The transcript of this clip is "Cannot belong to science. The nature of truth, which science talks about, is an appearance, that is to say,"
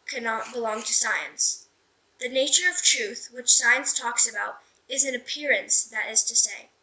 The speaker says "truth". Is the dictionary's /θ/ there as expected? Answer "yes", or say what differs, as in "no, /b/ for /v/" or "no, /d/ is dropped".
yes